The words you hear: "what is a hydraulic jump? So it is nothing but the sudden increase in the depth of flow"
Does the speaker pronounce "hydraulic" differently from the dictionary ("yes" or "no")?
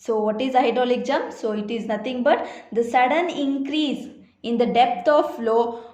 yes